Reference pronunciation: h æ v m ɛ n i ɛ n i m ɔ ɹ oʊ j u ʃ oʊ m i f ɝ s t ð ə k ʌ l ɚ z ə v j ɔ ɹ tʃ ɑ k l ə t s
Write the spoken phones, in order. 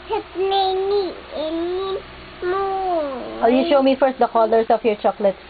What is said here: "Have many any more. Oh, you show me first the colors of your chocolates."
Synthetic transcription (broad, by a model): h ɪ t m ɛ n i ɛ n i m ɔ w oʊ j u ʃ oʊ m i f ɝ s t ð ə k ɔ l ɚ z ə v j ɔ ɹ tʃ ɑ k l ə t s